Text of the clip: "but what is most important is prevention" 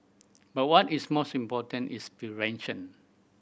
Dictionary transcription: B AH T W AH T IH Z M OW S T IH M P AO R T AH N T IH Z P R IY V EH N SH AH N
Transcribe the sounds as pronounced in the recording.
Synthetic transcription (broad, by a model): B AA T W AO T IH S M OW S T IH M P AO T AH N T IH S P IY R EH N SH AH N